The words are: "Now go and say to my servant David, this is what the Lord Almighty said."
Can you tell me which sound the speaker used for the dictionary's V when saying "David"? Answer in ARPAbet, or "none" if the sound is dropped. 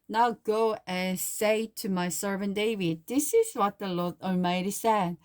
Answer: V